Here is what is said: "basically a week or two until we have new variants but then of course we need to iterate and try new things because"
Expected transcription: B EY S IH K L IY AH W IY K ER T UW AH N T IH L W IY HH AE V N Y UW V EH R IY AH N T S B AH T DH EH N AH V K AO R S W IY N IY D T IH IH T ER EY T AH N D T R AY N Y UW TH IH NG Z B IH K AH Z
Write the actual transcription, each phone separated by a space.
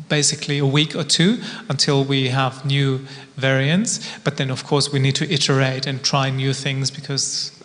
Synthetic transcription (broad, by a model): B EY S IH K L IY AH W IY K ER T UW AH N T IH L W IY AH V N Y UW V EH R IY AH N T S B AH T DH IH N AH V K AO R S W IY N IY D T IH IH T ER EY T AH N T R AY N Y UW TH IH NG Z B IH K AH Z